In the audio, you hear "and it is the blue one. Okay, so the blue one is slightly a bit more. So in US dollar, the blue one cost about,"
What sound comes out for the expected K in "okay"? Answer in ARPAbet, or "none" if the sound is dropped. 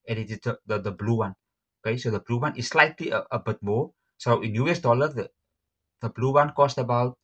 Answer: K